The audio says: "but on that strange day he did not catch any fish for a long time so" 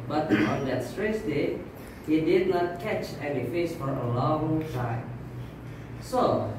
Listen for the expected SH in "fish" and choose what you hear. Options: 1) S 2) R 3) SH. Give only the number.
1